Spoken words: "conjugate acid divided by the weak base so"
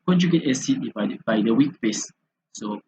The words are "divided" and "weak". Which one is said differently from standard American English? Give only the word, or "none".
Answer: divided